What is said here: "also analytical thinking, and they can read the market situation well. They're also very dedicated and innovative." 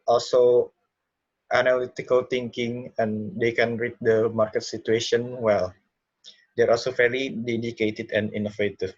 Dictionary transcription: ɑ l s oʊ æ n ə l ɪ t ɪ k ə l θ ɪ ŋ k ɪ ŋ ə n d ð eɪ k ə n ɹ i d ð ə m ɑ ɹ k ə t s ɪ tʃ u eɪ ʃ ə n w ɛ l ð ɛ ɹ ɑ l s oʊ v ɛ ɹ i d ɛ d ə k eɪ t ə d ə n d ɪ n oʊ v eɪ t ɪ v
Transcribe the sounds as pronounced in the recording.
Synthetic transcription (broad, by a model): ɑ l s oʊ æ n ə l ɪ t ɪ k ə l t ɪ ŋ k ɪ ŋ ə n d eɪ k ə n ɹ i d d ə m ɑ ɹ k ə t s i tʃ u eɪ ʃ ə n w ɛ l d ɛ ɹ ɑ l s oʊ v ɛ l i d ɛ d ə k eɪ t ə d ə n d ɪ n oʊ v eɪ t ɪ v